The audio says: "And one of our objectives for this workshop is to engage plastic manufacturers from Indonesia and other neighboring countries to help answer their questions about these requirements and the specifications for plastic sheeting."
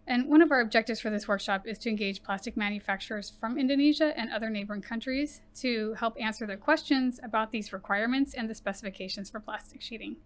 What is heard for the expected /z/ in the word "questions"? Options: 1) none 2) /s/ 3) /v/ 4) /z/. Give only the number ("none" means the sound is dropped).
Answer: 4